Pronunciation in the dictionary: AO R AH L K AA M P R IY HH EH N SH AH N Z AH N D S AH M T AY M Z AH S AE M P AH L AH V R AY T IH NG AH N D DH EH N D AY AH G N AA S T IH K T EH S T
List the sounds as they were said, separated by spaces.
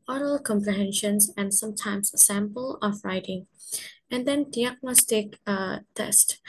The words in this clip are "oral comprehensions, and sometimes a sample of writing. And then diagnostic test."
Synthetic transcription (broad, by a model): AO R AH L K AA M P R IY HH EH N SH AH N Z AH N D S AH M T AY M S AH S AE M P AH L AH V R AY T IH NG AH N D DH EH N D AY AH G N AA S T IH K T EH S T